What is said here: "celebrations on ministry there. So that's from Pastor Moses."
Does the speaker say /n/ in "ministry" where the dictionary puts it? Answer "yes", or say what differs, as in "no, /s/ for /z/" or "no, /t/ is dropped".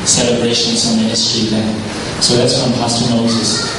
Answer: no, /n/ is dropped